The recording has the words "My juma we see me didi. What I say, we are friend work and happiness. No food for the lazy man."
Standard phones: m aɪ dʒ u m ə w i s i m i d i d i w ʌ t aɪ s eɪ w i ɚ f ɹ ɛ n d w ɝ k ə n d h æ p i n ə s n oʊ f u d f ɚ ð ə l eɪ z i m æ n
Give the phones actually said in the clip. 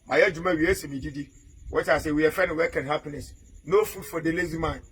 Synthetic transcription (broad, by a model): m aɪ dʒ u m ə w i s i m i d i d i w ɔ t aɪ s eɪ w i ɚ f ɛ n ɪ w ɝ k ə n h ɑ p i n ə s n oʊ f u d f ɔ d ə l eɪ z i m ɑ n